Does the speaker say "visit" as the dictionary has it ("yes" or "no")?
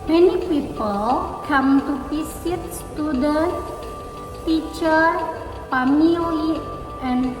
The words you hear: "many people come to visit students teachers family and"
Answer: no